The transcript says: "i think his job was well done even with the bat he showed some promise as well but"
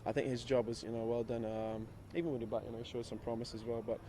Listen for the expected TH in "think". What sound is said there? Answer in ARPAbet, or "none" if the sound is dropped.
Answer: TH